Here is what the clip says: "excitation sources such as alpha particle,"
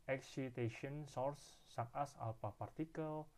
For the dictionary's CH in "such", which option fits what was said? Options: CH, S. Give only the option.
S